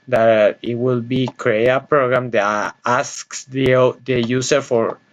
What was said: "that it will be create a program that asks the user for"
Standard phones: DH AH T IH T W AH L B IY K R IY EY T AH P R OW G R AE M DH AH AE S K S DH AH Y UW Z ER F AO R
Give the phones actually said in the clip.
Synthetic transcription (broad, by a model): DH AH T IH T W AH L B IY K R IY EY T AH P R OW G R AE M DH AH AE S K S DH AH Y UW S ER F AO R